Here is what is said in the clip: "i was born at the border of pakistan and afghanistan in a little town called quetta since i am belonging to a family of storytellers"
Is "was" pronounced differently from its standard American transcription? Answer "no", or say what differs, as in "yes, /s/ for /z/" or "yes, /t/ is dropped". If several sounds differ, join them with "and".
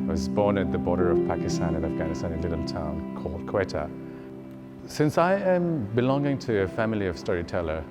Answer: no